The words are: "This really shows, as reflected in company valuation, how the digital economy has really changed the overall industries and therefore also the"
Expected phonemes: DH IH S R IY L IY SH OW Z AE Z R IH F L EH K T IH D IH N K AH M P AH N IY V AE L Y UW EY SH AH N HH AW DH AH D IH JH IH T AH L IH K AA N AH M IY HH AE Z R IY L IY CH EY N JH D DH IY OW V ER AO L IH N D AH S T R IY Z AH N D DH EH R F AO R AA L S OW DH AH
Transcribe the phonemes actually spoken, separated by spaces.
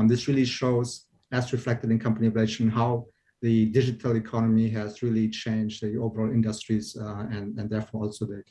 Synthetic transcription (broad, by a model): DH IH S R IY L IY SH OW Z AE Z R IH F L EH K T IH D IH N K AH M P AH N IY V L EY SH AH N HH AW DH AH D IH JH IH T AH L IH K AA N AH M IY HH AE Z R IY L IY CH EY N JH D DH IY OW V ER AO L IH N D AH S T R IY Z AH N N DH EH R F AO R AA L S OW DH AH